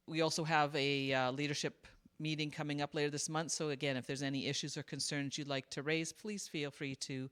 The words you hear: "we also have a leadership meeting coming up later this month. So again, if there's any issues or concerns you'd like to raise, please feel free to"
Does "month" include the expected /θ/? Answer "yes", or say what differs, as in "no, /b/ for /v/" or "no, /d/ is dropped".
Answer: yes